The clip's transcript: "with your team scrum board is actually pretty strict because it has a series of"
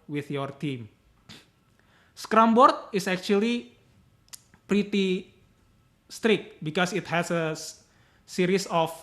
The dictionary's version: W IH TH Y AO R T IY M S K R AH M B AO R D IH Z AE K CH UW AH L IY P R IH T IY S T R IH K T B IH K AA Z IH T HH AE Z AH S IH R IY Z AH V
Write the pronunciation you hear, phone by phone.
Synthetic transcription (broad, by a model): W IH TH Y AO R T IY M S K R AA M B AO R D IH S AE K CH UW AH L IY P R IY T IY S T R IH K T B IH K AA S IH T HH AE S AH S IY R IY S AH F